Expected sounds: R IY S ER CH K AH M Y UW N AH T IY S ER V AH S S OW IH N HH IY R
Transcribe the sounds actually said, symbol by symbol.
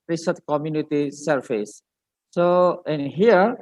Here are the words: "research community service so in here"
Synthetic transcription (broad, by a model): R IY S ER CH K AH M Y UW N AH T IY S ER F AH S S OW IH N HH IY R